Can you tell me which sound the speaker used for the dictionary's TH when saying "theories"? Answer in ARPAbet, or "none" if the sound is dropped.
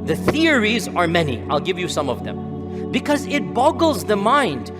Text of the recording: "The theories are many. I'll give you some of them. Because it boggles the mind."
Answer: TH